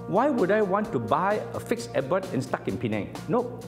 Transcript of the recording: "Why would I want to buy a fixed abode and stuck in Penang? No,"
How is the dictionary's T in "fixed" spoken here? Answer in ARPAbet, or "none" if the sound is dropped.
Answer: none